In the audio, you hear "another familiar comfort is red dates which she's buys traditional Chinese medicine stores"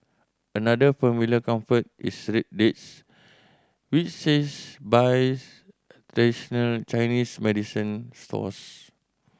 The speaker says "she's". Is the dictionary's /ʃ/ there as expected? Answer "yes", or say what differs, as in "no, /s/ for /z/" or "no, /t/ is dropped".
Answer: no, /s/ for /ʃ/